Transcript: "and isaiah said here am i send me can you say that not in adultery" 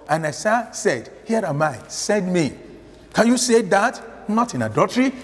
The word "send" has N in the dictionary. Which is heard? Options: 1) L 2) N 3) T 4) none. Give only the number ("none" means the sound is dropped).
4